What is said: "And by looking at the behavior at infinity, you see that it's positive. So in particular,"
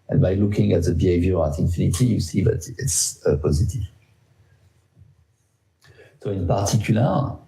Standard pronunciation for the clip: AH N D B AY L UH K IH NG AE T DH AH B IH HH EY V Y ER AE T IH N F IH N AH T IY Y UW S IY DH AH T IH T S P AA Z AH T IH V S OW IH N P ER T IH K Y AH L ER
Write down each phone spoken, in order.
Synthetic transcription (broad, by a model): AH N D B AY L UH K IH NG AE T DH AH B IH HH EY V Y ER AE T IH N F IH N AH T IY Y UW S IY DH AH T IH T S P AA Z AH T IH V S OW IH N P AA T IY K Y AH L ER